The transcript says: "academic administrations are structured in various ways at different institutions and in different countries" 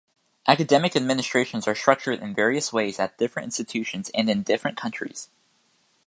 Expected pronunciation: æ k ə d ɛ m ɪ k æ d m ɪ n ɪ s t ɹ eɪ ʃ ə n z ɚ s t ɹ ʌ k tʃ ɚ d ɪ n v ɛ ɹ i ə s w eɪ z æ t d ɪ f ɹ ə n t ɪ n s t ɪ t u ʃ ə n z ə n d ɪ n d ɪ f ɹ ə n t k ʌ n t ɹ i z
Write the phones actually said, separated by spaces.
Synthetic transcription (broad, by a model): æ k ə d ɛ m ɪ k æ d m ɪ n ɪ s t ɹ eɪ ʃ ə n z ɚ s t ɹ ʌ k tʃ ɚ d ɪ n v ɛ ɹ i ə s w eɪ z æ t d ɪ f ɹ ə n t ɪ n s t ɪ t u ʃ ə n z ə n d ɪ n d ɪ f ɹ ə n k ʌ n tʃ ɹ i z